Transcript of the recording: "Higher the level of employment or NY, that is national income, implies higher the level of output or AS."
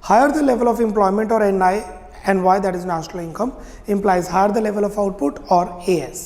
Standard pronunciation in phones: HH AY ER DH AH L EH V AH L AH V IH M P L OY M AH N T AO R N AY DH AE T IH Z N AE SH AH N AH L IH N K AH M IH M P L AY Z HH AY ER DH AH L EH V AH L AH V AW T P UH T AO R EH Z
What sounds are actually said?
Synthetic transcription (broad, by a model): HH AY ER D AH L EH V AH L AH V IH M P L OY M AH N T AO R N AY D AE T IH Z N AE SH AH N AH L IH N K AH M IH M P L AY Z HH AY ER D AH L EH V AH L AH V AW T P UH T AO R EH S